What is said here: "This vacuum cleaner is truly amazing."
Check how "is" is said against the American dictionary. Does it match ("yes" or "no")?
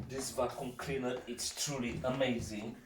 no